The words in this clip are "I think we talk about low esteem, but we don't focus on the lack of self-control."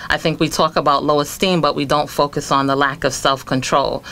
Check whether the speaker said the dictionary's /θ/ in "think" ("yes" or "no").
yes